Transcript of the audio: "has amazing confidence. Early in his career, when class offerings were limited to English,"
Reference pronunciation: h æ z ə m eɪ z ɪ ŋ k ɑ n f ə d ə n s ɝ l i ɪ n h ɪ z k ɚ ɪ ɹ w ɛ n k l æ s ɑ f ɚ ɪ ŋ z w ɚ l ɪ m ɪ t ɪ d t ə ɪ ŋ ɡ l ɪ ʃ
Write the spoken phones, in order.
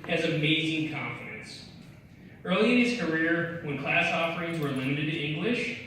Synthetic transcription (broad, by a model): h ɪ z ə m eɪ z ɪ ŋ k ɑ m f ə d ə n s ɝ l i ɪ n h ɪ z k ɚ ɪ ɹ w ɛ n k l æ s ɑ f ɚ ɪ ŋ z w ɚ l ɪ m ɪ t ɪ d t ɪ ŋ ɡ l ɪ ʃ